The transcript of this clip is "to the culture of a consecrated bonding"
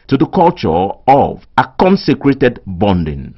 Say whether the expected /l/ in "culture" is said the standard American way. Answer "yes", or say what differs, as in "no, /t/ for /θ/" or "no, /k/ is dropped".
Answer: yes